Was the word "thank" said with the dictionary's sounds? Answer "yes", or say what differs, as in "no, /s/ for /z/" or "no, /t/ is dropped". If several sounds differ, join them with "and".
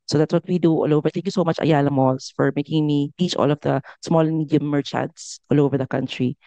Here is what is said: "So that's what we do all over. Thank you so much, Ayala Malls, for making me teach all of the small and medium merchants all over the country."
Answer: no, /t/ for /θ/